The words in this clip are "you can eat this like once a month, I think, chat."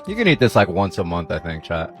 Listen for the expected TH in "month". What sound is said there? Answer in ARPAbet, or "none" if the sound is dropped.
TH